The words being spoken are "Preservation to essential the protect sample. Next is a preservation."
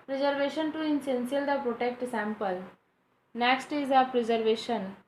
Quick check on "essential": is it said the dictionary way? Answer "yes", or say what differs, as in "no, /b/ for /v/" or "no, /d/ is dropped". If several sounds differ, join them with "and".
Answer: no, /s/ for /ʃ/